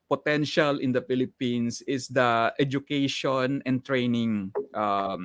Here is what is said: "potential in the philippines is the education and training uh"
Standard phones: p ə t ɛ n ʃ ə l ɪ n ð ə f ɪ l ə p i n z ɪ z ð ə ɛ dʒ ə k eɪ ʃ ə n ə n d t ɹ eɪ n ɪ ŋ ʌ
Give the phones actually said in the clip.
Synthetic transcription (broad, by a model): p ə t ɛ n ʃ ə l ɪ n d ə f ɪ l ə p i n s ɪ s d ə ɛ dʒ ə k eɪ ʃ ə n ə n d t ɹ eɪ n ɪ ŋ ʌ